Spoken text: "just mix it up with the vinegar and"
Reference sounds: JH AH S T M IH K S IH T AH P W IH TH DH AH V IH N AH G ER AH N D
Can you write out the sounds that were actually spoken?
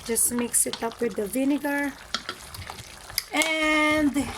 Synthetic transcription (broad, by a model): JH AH S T M IH K S IH T AH P W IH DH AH V IH N AH G ER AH N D